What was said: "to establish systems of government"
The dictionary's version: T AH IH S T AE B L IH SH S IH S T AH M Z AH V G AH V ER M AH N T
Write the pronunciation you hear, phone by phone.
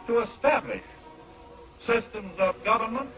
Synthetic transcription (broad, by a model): T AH IH S T AE B L IH SH S IH S T AH M Z AH V G AH V ER M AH N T